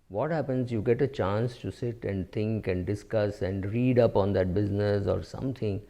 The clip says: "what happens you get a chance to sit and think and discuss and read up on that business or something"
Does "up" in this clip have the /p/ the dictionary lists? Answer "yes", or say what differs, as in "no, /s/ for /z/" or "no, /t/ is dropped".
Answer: yes